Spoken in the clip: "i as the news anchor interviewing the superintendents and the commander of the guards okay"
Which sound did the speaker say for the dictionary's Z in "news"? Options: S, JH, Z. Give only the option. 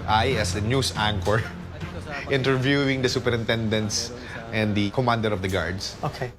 S